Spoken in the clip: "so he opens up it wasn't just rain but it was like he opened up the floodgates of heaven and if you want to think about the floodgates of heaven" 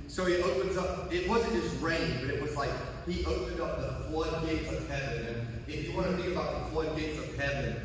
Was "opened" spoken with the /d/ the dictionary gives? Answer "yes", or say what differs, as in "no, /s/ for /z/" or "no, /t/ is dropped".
yes